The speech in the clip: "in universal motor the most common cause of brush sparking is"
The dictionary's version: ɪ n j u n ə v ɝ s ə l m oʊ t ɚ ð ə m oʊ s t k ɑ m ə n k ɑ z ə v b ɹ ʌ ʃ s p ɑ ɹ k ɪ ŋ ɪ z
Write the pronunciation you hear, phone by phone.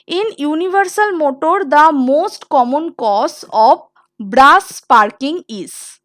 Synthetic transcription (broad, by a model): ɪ n j u n ə v ɝ s ə l m oʊ t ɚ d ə m oʊ s t k ɑ m ə n k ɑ s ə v b ɹ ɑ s p ɑ ɹ k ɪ ŋ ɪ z